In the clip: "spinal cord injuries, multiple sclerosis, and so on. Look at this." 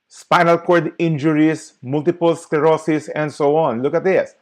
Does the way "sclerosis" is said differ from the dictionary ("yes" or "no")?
yes